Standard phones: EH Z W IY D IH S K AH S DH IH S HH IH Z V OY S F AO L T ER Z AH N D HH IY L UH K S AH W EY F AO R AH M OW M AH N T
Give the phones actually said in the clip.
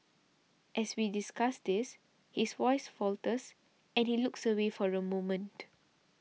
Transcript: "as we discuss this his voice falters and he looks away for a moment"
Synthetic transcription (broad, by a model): EH S W IY D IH S K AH S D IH S HH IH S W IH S F AO L T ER S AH N HH IY L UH K S AH W EY F AO R AH M OW M AH N T